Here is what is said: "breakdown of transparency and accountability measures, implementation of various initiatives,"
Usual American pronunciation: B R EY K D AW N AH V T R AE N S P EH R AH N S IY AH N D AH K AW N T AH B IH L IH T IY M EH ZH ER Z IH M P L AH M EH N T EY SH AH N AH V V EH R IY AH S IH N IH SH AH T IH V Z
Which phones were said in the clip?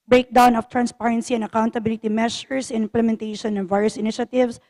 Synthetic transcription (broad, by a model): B R EY K D AW N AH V T R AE N S P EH R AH N S IY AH N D AH K AW N T AH B IH L IH T IY M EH SH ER S IH M P L AH M EH N T EY SH AH N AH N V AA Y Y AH S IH N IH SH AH T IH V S